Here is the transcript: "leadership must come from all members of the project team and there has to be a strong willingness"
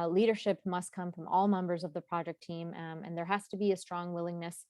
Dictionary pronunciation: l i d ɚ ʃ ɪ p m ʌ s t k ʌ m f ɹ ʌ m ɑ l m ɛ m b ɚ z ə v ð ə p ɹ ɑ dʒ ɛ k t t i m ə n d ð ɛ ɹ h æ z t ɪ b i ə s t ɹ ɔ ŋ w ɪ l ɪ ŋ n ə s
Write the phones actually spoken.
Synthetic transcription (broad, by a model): l i d ɚ ʃ ɪ p m ʌ s t k ʌ m f ɹ ʌ m ɑ l m ɛ m b ɚ z ə v ð ə p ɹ ɑ dʒ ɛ k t t i m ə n ð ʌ ɹ h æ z t ɪ b i ə s t ɹ ɔ ŋ w ɪ l ɪ ŋ n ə s